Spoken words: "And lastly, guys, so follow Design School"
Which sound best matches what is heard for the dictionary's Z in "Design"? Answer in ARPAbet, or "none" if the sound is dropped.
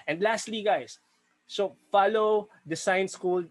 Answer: S